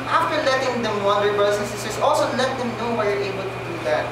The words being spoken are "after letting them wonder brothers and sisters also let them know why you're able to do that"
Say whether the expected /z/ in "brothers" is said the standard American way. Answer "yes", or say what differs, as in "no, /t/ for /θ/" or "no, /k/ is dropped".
no, /s/ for /z/